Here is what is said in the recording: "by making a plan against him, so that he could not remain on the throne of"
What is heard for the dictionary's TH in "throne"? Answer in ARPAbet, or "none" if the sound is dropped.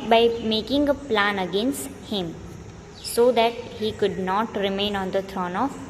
T